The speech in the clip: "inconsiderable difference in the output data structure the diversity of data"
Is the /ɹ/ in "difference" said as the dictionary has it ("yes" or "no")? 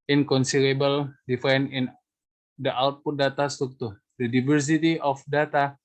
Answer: no